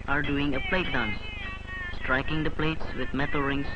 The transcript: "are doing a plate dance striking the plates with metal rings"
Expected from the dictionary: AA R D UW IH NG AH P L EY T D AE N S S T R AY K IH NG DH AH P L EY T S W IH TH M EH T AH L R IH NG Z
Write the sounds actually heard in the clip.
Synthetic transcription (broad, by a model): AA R D UW IH NG AH P L EY T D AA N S S T R AY K IH NG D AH P L EY T S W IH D M EH T AH L R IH NG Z